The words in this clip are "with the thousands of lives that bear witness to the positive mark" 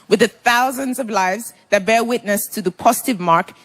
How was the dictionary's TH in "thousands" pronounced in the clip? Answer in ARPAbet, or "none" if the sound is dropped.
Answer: TH